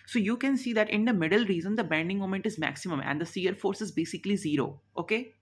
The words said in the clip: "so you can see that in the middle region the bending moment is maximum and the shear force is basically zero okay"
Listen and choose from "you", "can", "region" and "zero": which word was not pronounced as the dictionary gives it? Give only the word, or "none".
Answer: region